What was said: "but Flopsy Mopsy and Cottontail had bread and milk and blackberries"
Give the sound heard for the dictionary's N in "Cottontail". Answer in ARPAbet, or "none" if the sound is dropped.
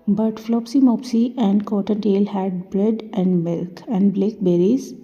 N